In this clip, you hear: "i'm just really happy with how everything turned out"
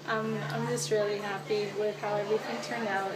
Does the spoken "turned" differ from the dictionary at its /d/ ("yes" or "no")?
yes